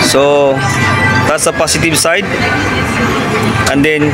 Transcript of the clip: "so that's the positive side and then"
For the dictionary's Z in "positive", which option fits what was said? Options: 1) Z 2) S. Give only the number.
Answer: 2